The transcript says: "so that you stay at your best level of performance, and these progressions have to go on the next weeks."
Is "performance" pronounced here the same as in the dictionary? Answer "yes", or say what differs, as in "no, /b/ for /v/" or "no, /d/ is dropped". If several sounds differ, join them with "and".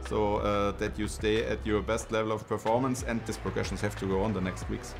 yes